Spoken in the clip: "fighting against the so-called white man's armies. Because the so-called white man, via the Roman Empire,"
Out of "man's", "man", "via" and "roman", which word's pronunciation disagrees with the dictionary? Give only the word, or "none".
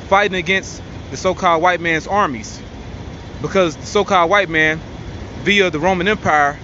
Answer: none